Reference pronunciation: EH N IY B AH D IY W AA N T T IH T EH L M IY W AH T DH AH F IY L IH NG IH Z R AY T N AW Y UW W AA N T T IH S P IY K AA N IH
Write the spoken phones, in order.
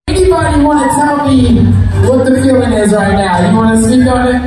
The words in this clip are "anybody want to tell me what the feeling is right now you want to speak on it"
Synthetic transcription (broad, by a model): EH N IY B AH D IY W AA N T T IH T EH L M IY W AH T DH AH P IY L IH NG IH Z R AY T N AW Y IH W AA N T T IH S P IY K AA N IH